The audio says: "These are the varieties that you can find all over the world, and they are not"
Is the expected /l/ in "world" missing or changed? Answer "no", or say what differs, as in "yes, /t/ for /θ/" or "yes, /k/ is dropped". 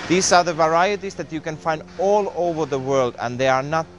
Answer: no